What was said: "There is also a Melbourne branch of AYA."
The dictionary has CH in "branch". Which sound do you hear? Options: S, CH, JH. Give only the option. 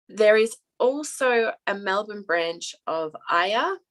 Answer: CH